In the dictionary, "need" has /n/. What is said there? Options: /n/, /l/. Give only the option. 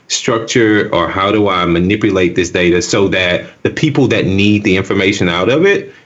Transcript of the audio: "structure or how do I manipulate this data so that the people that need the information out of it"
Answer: /n/